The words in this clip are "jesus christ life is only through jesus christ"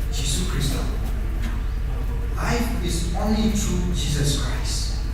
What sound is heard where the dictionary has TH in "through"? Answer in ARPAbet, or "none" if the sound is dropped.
T